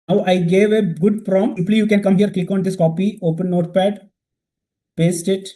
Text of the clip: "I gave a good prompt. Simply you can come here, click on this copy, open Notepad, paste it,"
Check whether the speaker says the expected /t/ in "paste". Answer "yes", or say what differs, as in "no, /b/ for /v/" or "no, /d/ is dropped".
yes